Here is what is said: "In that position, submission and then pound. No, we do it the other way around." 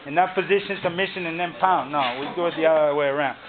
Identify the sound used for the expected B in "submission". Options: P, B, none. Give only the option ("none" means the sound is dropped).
none